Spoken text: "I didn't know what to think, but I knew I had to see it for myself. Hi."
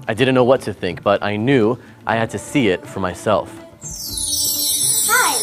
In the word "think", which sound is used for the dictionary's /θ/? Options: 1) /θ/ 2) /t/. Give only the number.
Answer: 1